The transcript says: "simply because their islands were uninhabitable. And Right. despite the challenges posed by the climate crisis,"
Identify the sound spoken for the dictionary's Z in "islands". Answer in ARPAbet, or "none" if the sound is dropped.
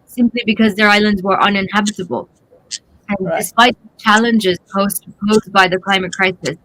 Z